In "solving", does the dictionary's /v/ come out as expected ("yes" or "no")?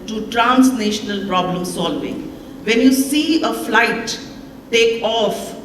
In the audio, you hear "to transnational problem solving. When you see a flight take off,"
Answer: yes